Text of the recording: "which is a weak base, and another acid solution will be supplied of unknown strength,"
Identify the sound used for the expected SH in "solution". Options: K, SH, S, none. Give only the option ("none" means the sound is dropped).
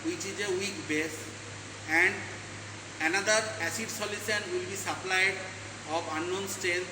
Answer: S